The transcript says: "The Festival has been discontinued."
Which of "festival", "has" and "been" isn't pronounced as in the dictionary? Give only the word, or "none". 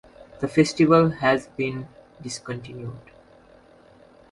none